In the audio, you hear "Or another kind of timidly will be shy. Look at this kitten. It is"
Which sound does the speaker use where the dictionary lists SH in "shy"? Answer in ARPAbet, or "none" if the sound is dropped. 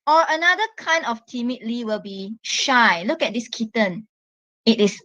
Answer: SH